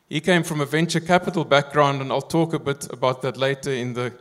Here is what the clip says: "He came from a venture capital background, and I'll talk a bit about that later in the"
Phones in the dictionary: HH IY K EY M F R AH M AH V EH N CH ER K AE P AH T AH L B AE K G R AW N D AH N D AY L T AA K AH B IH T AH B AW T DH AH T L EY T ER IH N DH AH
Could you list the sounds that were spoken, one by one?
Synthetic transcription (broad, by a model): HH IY K EY M F R AH M AH V EH N CH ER K AE P AH T AH L B AE K G R AW N D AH N AY L T AA K AH B IH T AH B AW T DH AH T L EY T ER IH N DH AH